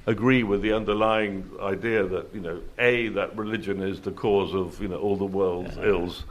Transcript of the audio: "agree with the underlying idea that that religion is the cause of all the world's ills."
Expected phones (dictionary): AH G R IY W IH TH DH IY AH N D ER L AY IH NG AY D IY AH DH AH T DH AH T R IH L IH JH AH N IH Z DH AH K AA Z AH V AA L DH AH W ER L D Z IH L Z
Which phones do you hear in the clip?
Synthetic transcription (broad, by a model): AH G R IY W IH DH IY AH N D ER L AY IH NG AY D IY AH DH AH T DH AH T R IH L IH JH AH N IH Z DH AH K AA Z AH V AA L DH AH W ER L D Z IH L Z